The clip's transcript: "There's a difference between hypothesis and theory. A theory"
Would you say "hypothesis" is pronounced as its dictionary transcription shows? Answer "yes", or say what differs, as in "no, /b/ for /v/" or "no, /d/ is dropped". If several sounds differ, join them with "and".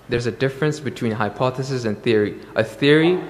yes